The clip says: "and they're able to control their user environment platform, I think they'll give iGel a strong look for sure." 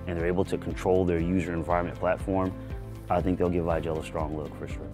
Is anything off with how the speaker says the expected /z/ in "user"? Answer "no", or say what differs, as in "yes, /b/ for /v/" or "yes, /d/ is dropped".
no